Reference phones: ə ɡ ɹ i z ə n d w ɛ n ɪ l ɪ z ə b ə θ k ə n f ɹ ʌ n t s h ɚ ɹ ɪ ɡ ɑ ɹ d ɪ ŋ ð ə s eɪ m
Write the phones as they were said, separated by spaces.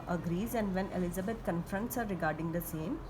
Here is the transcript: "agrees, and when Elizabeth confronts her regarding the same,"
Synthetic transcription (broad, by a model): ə ɡ ɹ i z ə n d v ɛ n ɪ l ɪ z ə b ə t k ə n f ɹ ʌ n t s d ɹ ɪ ɡ ɑ ɹ d ɪ ŋ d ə s eɪ m